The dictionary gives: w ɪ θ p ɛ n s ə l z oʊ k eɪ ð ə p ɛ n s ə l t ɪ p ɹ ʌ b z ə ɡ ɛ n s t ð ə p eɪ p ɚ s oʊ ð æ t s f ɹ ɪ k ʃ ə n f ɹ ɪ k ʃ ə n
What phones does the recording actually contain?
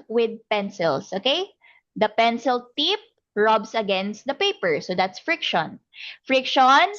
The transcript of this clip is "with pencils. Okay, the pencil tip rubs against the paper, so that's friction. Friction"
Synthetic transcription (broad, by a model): w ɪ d p ɛ n s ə l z oʊ k eɪ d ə p ɛ n s ə l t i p ɹ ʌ b s ə ɡ ɛ n s t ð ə p eɪ p ɚ s oʊ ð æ t s f ɹ ɪ k ʃ ə n f ɹ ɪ k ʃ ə n